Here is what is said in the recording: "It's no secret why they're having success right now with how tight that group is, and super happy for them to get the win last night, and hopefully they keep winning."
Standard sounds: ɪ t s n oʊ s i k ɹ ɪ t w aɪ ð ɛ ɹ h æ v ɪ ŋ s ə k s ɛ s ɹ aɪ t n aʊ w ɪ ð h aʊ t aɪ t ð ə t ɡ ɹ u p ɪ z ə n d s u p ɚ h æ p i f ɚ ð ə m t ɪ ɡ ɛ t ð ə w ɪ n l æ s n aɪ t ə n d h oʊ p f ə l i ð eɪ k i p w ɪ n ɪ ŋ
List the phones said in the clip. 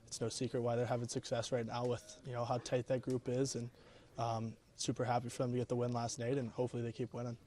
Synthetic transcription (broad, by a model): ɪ t s n oʊ s i k ɹ ɪ t w aɪ ð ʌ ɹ h æ v ɪ ŋ s ə k s ɛ s ɹ aɪ t n aʊ w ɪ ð h aʊ t aɪ t ð ə t ɡ ɹ u p ɪ z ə n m s u p ɚ h æ p i f ɚ ð ə m t ɪ ɡ ɛ t ð ə w ɪ n l æ s n aɪ t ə n h oʊ p f l i ð eɪ k i p w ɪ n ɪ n